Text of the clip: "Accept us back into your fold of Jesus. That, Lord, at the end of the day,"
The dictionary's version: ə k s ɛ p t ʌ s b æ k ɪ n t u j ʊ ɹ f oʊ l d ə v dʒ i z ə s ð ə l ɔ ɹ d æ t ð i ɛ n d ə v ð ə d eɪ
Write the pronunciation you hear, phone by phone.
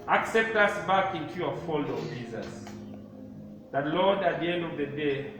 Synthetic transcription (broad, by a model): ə k s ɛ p t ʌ s b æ k ɪ n t u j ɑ f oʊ l ə dʒ i z ə s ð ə l ɔ d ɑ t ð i ɛ n d ə v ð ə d eɪ